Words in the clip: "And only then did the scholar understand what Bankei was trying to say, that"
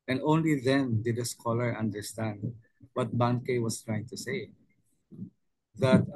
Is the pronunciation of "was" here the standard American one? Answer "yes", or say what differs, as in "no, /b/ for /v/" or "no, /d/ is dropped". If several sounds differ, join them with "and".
no, /s/ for /z/